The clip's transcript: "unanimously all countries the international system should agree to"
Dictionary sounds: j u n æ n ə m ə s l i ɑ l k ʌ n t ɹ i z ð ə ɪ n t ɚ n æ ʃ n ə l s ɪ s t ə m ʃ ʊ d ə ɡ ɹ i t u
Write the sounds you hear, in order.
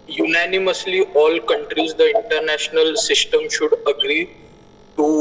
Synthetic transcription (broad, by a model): j u n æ n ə m ə s l i ɑ l k ʌ n t ɹ i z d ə ɪ n t ɚ n æ ʃ n ə l s ɪ s t ə m ʃ ʊ d ə ɡ ɹ i t u